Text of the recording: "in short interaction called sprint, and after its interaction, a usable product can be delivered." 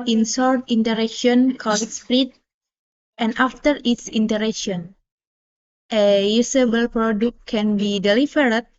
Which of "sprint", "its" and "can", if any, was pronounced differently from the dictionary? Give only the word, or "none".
sprint